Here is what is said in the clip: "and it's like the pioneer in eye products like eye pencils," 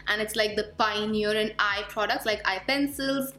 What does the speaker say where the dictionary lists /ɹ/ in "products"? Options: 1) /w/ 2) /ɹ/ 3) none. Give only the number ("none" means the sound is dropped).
2